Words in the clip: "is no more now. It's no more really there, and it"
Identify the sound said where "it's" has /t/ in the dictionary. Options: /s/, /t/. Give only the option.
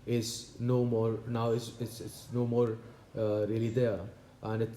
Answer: /s/